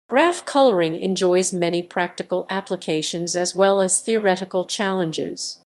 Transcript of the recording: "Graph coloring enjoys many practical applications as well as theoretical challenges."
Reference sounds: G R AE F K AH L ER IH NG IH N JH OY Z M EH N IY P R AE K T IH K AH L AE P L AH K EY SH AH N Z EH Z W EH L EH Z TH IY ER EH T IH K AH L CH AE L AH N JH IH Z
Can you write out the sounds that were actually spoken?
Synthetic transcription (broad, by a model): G R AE F K AH L ER IH NG IH N JH OY Z M EH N IY P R AE K T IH K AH L AE P L AH K EY SH AH N Z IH Z W EH L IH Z TH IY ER EH T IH K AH L CH AE L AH N JH IH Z